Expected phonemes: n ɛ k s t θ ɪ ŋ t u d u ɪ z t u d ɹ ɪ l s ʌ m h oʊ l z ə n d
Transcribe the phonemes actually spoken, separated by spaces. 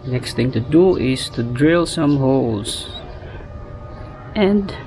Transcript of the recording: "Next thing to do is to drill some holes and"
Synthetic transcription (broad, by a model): n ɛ k s t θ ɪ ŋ t u d u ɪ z t u d ɹ ɪ l s ʌ m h oʊ l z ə n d